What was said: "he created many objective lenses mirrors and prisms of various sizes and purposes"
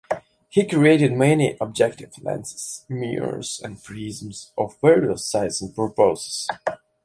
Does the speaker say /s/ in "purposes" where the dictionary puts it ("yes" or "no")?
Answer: no